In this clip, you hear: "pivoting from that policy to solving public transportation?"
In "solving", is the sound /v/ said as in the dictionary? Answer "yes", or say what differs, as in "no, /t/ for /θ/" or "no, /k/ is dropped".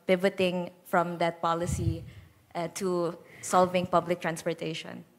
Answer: yes